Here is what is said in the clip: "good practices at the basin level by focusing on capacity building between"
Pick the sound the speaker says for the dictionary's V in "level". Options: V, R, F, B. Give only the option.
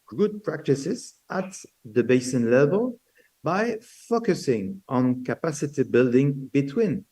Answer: V